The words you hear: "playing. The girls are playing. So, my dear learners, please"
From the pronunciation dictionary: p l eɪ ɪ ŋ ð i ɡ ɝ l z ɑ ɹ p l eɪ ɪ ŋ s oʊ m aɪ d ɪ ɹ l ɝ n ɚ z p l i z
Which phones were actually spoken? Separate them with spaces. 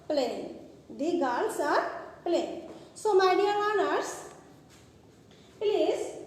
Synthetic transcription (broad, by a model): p l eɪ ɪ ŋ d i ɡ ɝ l s ɑ ɹ p l eɪ ɪ ŋ s oʊ m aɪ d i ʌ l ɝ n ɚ s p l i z